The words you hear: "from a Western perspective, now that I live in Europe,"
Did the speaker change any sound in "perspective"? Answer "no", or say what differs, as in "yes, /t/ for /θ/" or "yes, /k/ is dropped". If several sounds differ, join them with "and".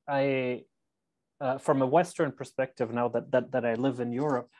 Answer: no